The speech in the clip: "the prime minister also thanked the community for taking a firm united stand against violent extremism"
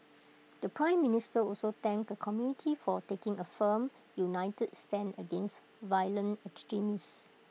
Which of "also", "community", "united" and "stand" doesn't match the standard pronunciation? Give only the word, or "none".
stand